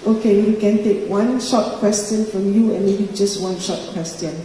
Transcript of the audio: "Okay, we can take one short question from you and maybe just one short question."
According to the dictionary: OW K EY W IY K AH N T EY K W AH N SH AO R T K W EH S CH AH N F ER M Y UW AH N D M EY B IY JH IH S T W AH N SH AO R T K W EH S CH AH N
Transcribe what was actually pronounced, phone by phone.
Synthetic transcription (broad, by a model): OW K EY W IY K AH N T EY K W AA N SH AO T K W EH S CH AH N F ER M Y UW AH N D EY IY JH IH S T W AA N SH AO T K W EH S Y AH N